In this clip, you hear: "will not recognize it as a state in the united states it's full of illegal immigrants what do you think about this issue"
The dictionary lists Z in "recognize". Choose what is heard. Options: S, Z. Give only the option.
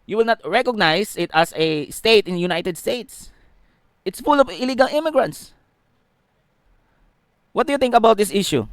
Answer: S